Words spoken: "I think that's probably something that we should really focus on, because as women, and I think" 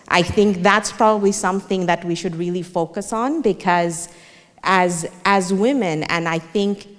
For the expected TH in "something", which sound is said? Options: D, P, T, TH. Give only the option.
TH